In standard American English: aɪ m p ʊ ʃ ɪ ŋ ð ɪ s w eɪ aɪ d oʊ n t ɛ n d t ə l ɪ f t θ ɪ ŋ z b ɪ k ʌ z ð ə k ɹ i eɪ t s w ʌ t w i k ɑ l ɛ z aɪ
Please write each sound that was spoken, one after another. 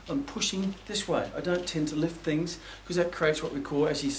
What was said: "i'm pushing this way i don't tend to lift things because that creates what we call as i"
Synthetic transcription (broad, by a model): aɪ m p ʊ ʃ ɪ ŋ ð ɪ s w eɪ aɪ d oʊ n t ɛ n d t ə l ɪ f t θ ɪ ŋ z k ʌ z ð ə k ɹ i eɪ t s w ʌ t w i k ɑ l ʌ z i